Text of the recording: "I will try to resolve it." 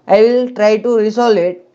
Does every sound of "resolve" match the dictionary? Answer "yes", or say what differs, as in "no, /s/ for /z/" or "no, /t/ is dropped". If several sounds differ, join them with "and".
no, /s/ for /z/ and /v/ is dropped